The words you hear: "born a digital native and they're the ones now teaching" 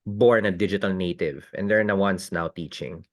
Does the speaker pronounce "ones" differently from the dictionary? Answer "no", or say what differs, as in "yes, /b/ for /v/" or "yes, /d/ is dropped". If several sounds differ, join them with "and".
yes, /s/ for /z/